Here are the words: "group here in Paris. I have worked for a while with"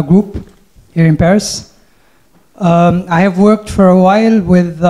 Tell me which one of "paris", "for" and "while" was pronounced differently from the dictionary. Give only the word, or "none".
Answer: none